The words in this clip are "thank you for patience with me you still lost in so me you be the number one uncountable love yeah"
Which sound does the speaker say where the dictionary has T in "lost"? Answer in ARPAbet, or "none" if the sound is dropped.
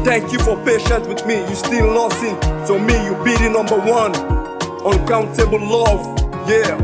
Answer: none